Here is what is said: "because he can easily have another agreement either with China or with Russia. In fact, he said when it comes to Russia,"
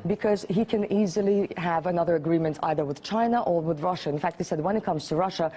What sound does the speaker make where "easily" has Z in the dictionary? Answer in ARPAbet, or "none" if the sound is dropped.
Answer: Z